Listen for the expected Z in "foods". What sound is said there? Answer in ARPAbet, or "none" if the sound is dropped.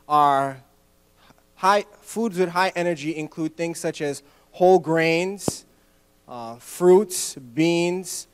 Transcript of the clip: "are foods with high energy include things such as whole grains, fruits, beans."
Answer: Z